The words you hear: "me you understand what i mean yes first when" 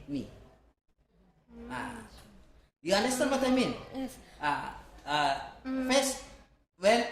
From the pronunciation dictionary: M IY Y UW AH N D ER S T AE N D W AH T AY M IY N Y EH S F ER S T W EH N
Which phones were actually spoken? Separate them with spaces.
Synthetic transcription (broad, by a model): M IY Y UW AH N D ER S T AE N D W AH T AY M IY N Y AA F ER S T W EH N